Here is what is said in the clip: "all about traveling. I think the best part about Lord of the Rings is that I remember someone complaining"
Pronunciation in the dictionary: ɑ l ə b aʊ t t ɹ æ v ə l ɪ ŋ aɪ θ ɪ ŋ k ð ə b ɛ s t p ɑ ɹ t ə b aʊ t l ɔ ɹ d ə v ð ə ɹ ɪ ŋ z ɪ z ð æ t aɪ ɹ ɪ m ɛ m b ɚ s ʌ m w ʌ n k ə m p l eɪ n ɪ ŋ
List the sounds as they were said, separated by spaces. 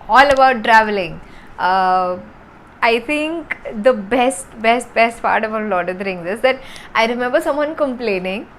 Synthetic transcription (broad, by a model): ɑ l ə b aʊ t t ɹ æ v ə l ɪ ŋ aɪ t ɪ ŋ k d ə b ɛ s t b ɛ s t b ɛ t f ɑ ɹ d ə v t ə ɹ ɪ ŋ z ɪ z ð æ t aɪ ɹ ɪ m ɛ m b ɚ s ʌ m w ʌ n k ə m p l eɪ n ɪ ŋ